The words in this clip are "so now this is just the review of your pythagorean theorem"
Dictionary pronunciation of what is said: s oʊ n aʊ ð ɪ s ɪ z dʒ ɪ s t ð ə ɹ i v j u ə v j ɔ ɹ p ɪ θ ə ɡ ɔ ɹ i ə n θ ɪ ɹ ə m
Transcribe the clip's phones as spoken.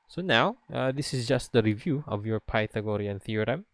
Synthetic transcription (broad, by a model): s oʊ n aʊ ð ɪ s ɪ s dʒ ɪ s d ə ɹ i v j u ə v j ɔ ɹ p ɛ t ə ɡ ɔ ɹ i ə n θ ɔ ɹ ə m